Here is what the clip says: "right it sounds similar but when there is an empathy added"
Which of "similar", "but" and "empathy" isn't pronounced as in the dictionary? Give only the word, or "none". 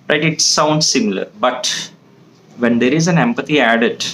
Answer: empathy